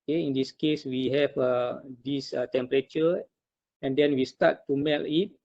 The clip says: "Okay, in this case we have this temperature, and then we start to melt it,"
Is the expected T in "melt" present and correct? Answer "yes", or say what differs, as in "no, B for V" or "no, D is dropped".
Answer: no, T is dropped